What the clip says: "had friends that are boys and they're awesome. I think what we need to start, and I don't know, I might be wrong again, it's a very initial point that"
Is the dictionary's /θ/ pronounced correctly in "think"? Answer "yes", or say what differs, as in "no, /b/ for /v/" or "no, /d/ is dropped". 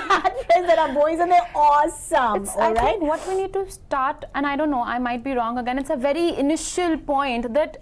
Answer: no, /s/ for /θ/